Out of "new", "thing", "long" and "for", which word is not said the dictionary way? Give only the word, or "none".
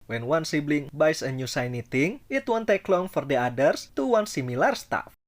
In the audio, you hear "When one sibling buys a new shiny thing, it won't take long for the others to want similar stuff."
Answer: thing